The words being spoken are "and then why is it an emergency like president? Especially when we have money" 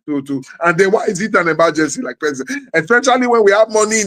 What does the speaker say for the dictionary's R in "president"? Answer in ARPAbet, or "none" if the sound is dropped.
none